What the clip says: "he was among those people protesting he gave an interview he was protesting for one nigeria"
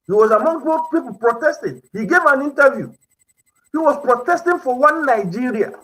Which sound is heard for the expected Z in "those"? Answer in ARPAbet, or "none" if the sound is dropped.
none